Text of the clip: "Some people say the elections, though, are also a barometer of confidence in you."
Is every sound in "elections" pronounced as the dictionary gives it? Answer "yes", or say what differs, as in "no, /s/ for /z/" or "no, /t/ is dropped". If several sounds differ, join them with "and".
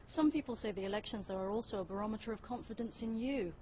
yes